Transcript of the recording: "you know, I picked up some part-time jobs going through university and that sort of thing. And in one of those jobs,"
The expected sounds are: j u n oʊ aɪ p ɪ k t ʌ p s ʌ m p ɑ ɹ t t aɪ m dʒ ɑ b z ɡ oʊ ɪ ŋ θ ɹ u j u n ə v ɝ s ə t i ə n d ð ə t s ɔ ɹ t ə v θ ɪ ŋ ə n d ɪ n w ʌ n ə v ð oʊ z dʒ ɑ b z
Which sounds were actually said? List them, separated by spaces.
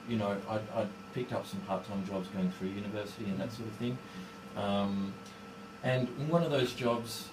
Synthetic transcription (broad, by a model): j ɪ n oʊ aɪ p ɪ k t ʌ p s ʌ m p ɑ ɹ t t aɪ m dʒ ɑ b z ɡ oʊ ɪ ŋ θ ɹ u j u n ə v ɝ s ə t i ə n ð ə t s ɔ ɹ t ə v θ ɪ ŋ ə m ɪ n w ʌ n ə v ð oʊ z dʒ ɑ b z